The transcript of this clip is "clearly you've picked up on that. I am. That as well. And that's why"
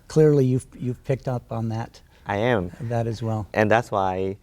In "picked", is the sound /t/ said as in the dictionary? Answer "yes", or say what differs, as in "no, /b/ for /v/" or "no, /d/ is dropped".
yes